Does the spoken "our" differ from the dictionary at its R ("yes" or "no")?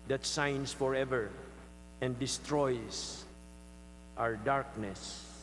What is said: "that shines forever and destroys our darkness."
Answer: no